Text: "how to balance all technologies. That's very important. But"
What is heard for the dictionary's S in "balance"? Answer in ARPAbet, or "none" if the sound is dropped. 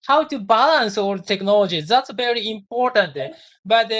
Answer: S